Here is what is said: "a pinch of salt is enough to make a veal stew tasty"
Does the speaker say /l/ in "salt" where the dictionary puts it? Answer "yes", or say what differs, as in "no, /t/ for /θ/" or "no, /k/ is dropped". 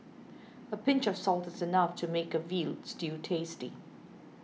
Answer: yes